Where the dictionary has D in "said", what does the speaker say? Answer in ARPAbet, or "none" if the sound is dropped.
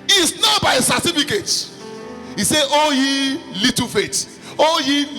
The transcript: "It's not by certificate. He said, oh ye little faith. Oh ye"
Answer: none